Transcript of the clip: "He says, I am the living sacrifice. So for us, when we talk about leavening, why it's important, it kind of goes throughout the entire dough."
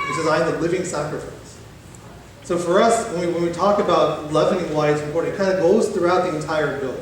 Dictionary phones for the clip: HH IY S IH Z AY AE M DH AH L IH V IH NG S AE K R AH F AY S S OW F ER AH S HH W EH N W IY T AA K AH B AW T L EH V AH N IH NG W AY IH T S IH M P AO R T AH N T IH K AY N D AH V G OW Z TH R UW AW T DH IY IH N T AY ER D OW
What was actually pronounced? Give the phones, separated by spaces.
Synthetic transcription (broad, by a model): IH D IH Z AY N DH AH L IH V IH NG S AE K R AH F AY S S OW F ER AH S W W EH N W IY T AA K AH B AW T L EH V AH N IH NG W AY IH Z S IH P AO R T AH T K AY N D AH G OW Z TH R UW AW T DH IY IH N T AY ER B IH